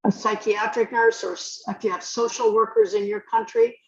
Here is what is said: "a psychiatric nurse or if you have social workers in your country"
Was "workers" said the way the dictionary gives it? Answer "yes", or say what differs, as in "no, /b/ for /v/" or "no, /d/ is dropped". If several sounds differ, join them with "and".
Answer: yes